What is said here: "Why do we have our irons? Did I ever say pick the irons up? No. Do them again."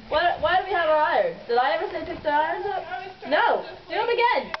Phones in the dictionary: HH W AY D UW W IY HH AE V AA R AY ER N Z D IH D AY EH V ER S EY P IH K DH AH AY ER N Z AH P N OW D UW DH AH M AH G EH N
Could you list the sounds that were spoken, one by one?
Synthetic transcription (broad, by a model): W W AY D W IY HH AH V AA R AY ER N Z D IH D AY EH V ER S EY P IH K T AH AY ER N Z AH P N OW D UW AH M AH G EH N